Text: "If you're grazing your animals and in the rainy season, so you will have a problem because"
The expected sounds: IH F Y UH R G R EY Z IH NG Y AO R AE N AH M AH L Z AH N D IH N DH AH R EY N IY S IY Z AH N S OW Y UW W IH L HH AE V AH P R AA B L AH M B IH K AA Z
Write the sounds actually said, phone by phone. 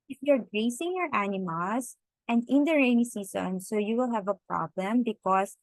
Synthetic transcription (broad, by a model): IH F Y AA R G R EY S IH NG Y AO R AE N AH M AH L S AH N D IH N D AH R EY N IY S IY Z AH N S OW Y UW W IH L HH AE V AH P R AA B L AH M B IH K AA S